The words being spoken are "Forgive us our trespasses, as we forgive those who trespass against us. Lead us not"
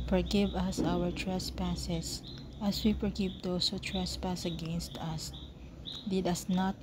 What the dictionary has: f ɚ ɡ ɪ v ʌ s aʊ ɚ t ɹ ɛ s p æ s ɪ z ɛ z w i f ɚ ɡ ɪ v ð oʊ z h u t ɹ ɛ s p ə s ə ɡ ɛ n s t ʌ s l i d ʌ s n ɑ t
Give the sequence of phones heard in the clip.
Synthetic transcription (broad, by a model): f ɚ ɡ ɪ v ʌ s aʊ ɚ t ɹ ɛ s p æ s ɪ s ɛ s w i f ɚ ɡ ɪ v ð oʊ s h u t ɹ ɛ s p ə s ə ɡ ɛ n s t ʌ s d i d ʌ s n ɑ t